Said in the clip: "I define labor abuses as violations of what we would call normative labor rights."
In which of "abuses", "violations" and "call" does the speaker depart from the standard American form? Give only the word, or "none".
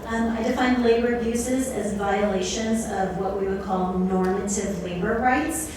none